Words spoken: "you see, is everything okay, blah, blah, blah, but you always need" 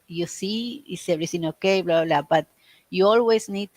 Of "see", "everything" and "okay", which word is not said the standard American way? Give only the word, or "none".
everything